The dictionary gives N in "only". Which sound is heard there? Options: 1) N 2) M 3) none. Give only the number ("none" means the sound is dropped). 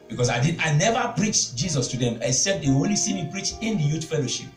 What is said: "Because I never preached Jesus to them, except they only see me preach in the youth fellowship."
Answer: 3